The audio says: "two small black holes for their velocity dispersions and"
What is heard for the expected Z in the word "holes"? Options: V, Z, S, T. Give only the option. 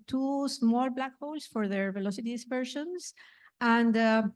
S